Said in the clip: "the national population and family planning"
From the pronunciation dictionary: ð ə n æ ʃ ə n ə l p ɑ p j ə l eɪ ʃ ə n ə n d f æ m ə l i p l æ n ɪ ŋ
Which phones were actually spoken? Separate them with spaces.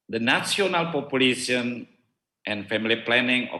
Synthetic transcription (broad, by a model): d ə n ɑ s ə n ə l p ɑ p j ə l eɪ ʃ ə n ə n f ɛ m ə l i p l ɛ n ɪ ŋ